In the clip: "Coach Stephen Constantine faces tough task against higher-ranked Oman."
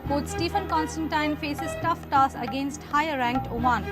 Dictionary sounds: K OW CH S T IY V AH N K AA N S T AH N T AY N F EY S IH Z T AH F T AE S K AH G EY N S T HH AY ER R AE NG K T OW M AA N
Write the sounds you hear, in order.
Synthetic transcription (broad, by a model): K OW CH S T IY F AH N K AA N S T AH N T AY N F EY S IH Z T AH F T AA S AH G EY N S T HH AY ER R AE NG K T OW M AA N